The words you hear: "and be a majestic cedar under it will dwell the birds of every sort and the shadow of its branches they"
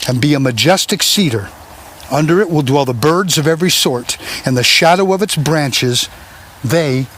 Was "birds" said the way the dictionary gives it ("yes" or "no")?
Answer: yes